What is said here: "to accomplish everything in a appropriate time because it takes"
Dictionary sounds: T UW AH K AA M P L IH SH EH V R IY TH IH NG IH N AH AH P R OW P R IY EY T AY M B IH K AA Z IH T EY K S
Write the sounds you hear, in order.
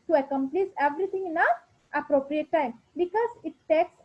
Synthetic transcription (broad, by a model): T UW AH K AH M P L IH S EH V R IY T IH NG IH N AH AH P R OW P R IY EY T AY M B IH K AA Z IH T EY K S